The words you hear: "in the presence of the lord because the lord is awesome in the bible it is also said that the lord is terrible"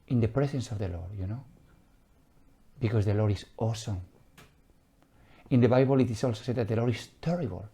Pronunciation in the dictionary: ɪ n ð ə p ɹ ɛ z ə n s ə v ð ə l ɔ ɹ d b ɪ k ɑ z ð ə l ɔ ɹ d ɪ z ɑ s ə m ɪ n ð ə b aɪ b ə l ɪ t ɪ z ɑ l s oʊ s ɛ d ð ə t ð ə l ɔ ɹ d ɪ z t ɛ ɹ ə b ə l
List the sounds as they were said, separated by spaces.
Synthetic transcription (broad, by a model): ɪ n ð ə p ɹ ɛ s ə n s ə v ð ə l ɔ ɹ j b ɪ k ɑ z ð ə l ɔ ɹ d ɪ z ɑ s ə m ɪ n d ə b aɪ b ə l ɪ t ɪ s ɑ l s oʊ s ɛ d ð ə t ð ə l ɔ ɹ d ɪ s t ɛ ɹ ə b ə l